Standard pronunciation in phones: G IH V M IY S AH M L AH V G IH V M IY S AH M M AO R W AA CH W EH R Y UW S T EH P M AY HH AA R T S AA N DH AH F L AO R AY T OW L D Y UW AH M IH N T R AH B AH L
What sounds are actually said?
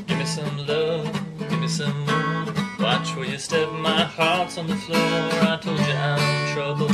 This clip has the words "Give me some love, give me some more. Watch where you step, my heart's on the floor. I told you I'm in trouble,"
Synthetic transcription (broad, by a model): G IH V M IY S AH M L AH G IH V M IY S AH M M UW W AA CH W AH L Y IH S T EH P M AY HH AA R T S N DH AH F L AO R AY T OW L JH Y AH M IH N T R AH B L